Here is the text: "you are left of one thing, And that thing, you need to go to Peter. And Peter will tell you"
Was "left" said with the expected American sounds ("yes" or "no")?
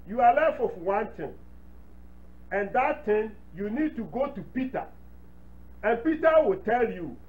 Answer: no